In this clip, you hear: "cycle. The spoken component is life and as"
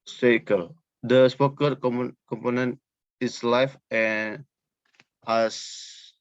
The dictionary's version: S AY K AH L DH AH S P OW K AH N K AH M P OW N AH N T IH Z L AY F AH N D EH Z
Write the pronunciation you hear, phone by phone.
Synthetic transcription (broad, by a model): S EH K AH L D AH S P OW K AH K K AH M P OW N AH N T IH S L AY F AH N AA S